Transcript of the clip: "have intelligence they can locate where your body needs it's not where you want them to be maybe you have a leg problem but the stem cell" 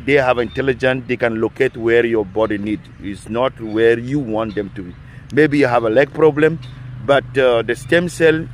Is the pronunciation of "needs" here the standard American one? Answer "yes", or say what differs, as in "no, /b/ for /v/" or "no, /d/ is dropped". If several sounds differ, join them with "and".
no, /z/ is dropped